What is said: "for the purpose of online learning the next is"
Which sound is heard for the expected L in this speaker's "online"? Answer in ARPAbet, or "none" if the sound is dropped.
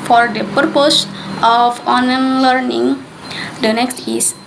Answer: none